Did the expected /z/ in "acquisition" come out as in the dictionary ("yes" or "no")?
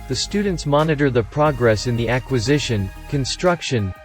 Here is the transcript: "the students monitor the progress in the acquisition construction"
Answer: yes